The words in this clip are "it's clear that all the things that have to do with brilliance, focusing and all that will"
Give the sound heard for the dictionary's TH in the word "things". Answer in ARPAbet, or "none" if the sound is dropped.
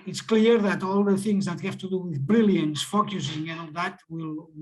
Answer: TH